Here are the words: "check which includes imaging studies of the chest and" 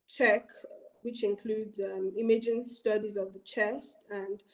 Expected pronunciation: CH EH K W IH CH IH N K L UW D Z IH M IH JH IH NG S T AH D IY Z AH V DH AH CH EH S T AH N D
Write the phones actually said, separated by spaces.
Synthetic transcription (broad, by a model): CH EH K W IH CH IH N K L UW D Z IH M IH JH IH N S T AH D IY Z AH V DH AH CH EH S T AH N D